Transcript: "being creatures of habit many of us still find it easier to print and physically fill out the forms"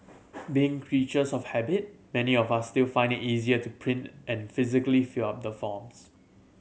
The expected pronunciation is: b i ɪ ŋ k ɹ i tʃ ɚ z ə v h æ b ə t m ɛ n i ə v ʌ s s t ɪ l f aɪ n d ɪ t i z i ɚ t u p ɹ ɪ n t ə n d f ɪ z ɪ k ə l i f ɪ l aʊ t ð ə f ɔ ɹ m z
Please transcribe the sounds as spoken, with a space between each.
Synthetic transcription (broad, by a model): b i ɪ ŋ k ɹ i tʃ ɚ s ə f h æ b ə t m ɛ n i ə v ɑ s s t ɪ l f aɪ n d ɪ t i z i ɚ t u p ɹ ɪ n t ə n f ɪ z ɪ k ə l i f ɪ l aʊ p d ə f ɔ m s